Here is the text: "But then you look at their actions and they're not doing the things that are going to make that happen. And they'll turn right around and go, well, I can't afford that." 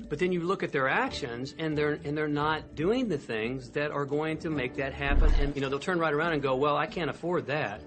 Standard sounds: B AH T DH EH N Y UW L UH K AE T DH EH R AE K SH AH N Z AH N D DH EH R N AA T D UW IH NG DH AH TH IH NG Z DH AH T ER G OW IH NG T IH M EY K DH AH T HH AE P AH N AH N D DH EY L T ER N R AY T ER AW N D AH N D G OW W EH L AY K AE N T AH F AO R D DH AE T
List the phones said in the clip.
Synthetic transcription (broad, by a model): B AH T DH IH N Y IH L UH K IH T DH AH R AE K SH AH N Z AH N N DH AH R N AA T D UW IH NG DH AH TH IH NG Z DH AH T ER G OW IH NG T IH M EY K DH AH T HH AE P AH N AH N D DH EY L T ER N R AY T ER AW N D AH N G OW W EH L AY K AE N T AH F AO R D DH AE T